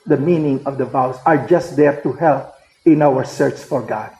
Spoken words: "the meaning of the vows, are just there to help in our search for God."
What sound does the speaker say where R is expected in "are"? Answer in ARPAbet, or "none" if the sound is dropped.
R